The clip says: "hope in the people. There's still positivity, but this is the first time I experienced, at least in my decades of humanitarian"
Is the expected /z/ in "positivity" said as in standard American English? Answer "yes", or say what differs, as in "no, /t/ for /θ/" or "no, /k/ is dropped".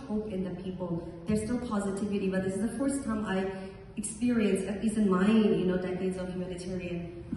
yes